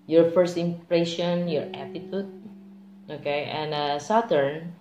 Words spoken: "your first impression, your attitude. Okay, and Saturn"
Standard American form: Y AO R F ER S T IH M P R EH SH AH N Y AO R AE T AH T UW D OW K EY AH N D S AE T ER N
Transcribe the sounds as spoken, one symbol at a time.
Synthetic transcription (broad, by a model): Y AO R F ER S T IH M P R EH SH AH N Y AO R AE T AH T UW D OW K EY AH N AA S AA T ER N